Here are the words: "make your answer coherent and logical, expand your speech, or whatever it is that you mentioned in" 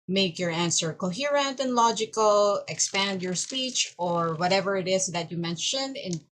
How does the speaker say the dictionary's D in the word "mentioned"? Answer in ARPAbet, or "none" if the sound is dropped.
D